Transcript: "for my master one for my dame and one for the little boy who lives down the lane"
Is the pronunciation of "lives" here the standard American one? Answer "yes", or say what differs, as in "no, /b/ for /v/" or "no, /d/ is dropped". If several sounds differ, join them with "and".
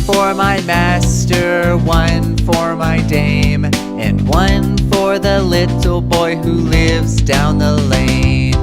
yes